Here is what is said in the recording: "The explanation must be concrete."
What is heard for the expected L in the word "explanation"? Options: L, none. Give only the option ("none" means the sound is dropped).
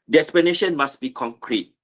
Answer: none